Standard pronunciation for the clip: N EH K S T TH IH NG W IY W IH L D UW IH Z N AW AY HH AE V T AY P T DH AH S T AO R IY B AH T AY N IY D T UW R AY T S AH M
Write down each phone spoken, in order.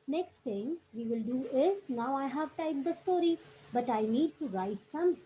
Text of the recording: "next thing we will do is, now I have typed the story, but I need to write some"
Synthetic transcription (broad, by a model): N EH K S T T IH NG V IY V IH L D UW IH S N AW AY HH AE V T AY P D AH S T AO R IY B AH T AY N IY D T UW R AY T S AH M